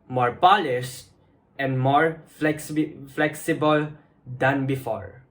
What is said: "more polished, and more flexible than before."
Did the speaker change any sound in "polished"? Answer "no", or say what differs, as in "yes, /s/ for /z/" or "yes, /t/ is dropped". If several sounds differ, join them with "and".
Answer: yes, /s/ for /ʃ/